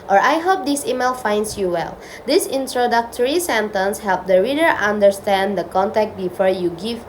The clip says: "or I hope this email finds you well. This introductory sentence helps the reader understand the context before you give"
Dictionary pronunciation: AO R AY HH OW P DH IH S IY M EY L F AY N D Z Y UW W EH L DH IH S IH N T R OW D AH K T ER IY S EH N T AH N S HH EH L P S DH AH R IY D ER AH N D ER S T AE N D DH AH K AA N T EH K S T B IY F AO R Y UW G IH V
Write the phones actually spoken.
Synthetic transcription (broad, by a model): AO R AY HH OW P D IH S IY M EY L F AY N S Y UW W EH L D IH S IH N T R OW D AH K T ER IY S EH N T AH N S HH EH L P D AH R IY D ER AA N D ER S T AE N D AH K AA N T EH K T B IY F AO R Y UW G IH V